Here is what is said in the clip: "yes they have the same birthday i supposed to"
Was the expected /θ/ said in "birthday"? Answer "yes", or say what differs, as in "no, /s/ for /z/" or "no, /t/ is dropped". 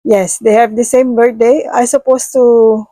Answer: no, /t/ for /θ/